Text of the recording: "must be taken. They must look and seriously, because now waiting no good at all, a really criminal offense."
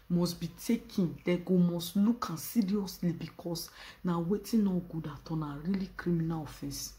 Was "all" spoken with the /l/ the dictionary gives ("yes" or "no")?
no